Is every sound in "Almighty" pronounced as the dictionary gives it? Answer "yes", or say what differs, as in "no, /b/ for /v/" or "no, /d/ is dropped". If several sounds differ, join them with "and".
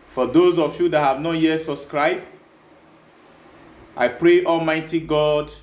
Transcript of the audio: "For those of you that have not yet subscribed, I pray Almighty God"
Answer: yes